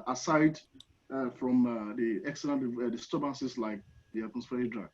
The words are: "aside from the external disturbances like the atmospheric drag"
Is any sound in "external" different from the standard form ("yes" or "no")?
yes